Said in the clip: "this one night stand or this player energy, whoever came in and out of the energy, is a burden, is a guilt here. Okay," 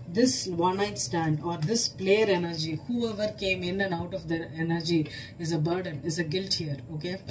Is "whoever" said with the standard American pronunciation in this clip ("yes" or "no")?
yes